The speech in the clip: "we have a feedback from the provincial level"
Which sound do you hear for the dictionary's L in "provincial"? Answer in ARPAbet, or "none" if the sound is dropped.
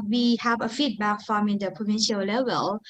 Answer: L